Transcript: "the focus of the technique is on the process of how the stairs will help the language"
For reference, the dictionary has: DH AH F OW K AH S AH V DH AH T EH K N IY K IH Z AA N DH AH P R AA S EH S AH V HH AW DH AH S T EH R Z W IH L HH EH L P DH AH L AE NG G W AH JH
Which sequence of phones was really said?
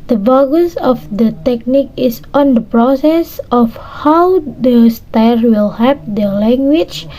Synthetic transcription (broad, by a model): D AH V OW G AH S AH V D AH T EH K N IY K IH S AA N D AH P R AA S EH S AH F HH AW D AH S T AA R W IH L HH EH P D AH L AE NG G W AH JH